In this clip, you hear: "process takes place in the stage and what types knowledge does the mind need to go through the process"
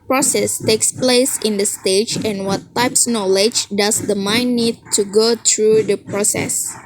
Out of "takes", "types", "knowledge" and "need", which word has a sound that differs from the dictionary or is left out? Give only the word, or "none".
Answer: none